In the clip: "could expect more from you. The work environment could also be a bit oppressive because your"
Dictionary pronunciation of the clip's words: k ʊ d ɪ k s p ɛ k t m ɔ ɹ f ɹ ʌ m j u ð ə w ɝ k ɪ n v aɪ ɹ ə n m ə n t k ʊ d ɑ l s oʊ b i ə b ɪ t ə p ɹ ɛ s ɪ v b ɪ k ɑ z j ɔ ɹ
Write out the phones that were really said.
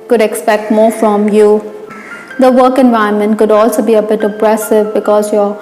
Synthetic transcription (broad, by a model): k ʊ d ɪ k s p ɛ k t m ɔ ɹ f ɹ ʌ m j u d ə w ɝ k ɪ n v aɪ ə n m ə n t k ʊ d ɑ l s oʊ b i ə b ɪ t ə p ɹ ɛ s ɪ v b ɪ k ɑ z j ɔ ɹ